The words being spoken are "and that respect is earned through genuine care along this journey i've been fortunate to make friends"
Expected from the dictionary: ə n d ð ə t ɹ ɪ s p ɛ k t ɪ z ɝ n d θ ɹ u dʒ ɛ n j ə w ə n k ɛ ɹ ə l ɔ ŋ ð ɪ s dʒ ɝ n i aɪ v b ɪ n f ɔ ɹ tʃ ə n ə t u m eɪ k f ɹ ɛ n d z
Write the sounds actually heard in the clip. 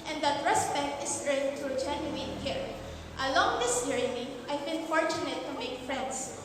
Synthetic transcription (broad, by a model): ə n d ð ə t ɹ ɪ s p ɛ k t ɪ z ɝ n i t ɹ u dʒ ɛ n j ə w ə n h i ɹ ə l ɔ ŋ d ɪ s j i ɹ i aɪ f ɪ l f ɔ ɹ tʃ ə n ə t u m eɪ k f ɹ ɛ n d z